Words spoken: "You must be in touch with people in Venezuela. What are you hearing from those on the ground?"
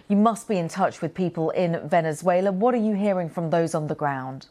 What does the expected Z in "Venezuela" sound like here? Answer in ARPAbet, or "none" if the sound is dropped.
Z